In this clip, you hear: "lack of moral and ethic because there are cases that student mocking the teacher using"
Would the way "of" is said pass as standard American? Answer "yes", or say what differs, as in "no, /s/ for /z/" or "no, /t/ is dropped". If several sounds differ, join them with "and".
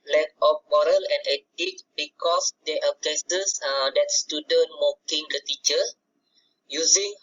no, /p/ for /v/